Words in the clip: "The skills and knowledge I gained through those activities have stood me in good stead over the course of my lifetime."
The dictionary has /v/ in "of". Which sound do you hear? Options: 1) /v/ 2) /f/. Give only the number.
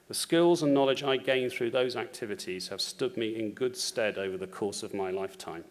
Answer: 1